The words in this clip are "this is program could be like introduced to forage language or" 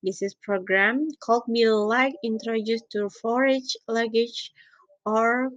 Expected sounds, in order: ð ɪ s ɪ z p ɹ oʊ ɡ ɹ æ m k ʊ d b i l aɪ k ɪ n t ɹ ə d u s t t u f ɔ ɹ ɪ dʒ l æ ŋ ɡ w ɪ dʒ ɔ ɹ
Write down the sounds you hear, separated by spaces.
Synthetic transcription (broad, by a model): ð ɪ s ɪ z p ɹ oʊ ɡ ɹ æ m k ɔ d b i l aɪ k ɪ n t ɹ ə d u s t t u f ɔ ɹ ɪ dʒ l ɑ ɡ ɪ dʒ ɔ ɹ